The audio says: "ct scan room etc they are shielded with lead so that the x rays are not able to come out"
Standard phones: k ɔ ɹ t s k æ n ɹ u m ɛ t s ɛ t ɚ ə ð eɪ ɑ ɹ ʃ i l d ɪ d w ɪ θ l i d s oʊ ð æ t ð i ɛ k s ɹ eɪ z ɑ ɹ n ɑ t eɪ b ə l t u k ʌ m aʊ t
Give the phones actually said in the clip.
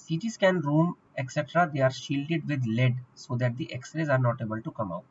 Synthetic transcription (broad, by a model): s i t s k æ n ɹ u m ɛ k s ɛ t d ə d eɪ ɑ ɹ ʃ i l d ɪ d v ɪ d l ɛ d s oʊ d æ t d i ɛ k s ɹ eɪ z ɑ ɹ n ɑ t eɪ b ə l t u k ʌ m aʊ t